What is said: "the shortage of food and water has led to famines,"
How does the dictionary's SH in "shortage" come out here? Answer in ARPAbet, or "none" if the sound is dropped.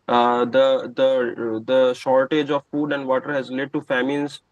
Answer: SH